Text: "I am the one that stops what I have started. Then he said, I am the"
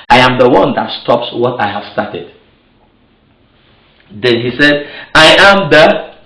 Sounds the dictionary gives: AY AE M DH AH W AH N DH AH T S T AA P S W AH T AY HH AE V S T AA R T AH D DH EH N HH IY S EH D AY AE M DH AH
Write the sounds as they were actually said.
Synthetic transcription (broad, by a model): AY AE M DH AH W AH N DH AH T S T AA P S W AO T AY HH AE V S T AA T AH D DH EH N HH IY S EH D AY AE M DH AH